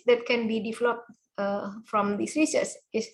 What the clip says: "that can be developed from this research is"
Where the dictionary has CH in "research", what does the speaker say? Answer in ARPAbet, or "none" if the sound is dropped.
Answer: S